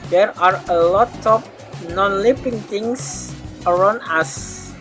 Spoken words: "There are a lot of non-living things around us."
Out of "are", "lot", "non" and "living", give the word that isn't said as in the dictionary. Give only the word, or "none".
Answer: living